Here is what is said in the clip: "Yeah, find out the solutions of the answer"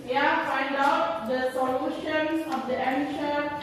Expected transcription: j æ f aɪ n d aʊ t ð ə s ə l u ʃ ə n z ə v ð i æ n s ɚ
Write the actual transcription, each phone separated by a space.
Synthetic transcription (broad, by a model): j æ f aɪ n d aʊ t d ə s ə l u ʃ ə n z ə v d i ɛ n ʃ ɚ